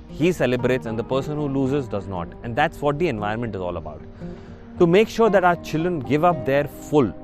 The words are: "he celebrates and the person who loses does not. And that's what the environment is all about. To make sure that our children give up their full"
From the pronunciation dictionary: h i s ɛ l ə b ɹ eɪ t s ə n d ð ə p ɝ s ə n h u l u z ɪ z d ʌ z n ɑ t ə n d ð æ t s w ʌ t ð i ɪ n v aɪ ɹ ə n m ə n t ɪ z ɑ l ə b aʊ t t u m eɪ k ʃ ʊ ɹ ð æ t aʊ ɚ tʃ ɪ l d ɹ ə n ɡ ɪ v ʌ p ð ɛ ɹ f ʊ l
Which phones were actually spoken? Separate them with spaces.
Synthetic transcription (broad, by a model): h i s ɛ l ə b ɹ eɪ t s ə n d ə p ɝ s ə n h u l u z ɪ z d ʌ z n ɑ t ə n d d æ t s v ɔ t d i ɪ n v aɪ ə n m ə n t ɪ z ɑ l ə b aʊ t t u m eɪ k ʃ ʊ ɹ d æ t aʊ ɚ tʃ ɪ l d ɹ ə n ɡ ɪ v ʌ p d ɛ ɹ f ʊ l